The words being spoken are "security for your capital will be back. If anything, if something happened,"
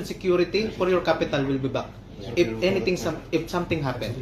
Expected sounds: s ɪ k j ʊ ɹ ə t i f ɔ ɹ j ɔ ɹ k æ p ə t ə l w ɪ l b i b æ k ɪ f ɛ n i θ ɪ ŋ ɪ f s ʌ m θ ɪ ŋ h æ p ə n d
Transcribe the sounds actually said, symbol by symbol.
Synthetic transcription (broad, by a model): s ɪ k j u ɹ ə t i f ɔ ɹ j ɔ ɹ k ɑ p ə t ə l w ɪ l b i b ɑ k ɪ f ɛ n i t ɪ ŋ ɪ f s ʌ m t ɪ ŋ h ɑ p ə n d